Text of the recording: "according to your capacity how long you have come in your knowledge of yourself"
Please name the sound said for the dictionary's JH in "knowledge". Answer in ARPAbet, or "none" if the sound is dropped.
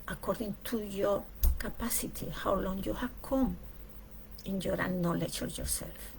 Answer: CH